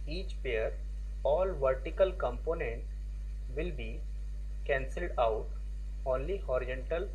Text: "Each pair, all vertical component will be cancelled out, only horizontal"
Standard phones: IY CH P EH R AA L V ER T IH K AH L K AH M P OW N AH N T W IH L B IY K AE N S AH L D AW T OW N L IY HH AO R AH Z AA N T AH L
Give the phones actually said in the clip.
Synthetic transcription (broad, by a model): IY CH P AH R AA L V ER T IH K AH L K AH M P OW N AH N T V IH L B IY K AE N S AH L D AW T OW N L IY HH AO R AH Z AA N T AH L